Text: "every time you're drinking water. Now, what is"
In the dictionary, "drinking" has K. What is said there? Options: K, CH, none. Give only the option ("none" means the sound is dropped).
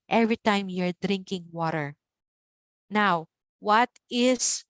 K